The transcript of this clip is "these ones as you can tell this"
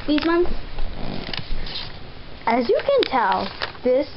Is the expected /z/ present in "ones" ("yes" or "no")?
no